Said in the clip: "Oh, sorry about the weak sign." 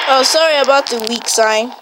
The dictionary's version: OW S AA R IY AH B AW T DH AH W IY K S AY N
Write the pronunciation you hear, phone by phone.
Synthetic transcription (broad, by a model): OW S AA R IY AH B AW T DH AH W IY K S AY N